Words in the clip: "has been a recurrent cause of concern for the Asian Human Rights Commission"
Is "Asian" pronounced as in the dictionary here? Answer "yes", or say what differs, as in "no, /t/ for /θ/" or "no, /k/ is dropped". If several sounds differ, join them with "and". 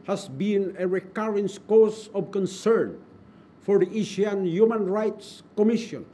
no, /ʃ/ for /ʒ/